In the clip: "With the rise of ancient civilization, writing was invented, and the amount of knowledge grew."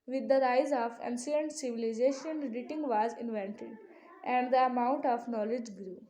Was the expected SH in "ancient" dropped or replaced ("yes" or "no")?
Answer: yes